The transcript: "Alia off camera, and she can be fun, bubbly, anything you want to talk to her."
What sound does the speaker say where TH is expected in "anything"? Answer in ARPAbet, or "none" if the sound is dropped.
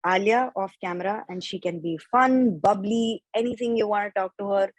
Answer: T